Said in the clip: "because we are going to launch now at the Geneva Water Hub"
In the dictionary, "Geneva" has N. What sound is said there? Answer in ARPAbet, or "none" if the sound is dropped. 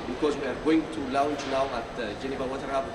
N